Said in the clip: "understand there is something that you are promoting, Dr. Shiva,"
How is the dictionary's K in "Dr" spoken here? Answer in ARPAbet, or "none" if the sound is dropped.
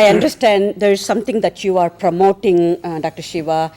K